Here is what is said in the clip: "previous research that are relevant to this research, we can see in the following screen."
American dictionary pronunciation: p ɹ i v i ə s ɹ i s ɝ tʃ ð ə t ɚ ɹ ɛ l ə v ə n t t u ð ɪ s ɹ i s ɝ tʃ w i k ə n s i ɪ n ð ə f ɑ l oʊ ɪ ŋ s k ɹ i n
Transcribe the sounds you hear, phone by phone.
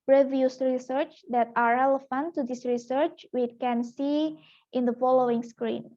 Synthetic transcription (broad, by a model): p ɹ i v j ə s ɹ i s ɝ tʃ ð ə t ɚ ɹ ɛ l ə f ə n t t u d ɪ s ɹ i s ɝ tʃ w i k ə n s i ɪ n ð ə f ɑ l oʊ ɪ ŋ s k ɹ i n